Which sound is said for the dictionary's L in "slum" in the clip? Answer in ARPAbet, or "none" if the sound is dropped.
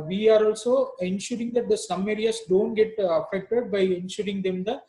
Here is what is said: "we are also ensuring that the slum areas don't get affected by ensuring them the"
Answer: none